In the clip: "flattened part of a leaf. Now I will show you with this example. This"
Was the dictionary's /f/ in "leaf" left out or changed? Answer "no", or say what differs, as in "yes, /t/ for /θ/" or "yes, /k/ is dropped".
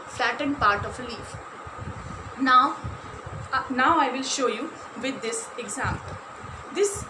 no